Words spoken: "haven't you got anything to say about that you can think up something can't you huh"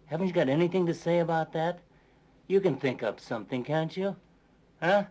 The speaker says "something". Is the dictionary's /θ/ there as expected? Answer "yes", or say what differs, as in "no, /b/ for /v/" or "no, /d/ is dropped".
yes